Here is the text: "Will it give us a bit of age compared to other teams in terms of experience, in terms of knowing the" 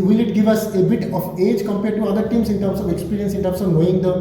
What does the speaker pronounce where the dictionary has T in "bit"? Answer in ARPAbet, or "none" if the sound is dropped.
T